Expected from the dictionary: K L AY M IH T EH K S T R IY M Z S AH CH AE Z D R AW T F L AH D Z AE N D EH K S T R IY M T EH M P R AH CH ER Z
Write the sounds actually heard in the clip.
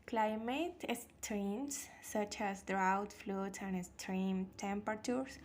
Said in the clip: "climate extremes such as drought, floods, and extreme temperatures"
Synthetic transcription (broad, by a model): K L AY M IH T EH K S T R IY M S AH CH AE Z D R AW T F L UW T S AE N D EH K S T R IY M T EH M P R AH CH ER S